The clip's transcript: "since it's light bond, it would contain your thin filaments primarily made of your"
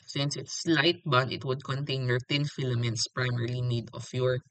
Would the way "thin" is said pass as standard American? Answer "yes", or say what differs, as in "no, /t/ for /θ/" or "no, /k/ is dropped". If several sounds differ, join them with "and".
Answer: no, /t/ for /θ/